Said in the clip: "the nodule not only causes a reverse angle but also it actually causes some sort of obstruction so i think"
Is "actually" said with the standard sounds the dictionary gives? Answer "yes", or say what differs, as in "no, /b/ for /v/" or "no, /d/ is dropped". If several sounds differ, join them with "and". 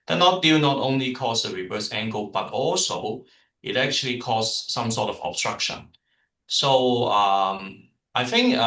yes